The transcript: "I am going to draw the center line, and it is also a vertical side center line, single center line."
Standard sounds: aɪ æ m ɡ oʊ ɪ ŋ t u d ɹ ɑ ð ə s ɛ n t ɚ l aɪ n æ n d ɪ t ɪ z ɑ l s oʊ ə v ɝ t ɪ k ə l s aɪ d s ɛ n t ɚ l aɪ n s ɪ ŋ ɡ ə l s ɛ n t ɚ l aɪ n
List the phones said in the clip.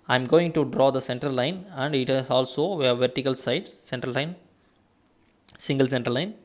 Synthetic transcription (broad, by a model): aɪ m ɡ oʊ ɪ ŋ t u d ɹ ɑ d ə s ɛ n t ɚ l aɪ n æ n d ɪ t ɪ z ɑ l s oʊ ə v ɝ t ɪ k ə l s aɪ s s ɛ n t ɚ l aɪ n s ɪ ŋ ɡ ə l s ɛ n t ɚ l aɪ n